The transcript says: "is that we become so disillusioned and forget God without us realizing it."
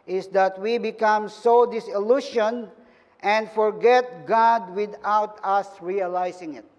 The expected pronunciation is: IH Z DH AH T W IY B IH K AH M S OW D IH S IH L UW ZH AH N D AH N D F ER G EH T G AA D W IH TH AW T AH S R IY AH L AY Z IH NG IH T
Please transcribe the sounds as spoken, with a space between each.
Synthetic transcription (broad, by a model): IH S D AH T W IY B IH K AH M S OW D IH S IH L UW SH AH N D AH N D F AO G EH T G AA D W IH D AW T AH S R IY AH L AY S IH NG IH T